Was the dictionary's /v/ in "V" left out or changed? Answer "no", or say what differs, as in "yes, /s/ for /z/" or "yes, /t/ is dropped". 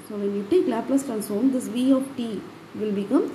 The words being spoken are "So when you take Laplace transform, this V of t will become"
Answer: no